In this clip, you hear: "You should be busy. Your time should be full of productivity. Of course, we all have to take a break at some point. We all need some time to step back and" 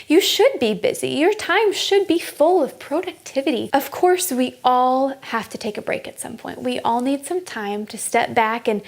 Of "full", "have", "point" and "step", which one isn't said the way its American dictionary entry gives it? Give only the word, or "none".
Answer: have